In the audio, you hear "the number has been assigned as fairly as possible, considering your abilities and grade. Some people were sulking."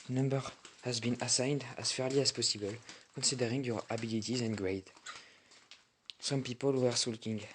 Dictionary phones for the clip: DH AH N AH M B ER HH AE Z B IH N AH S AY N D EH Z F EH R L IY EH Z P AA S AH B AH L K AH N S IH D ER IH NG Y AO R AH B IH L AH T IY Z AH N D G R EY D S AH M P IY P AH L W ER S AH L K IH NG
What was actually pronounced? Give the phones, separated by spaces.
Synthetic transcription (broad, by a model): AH N AH M B ER HH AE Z B IH N AH S AY N D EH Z F EH R L IY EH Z P AA S AH B AH L K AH N S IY D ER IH NG Y AO R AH B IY L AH T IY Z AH N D G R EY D S AH M P IY P AH L W ER S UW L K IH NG